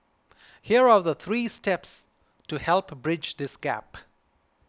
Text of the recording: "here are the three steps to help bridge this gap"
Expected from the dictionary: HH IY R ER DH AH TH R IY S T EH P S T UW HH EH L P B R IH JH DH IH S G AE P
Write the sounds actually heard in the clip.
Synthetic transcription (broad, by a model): HH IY R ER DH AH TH R IY S T EH P S T UW HH EH L P B R IH JH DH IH S G AE P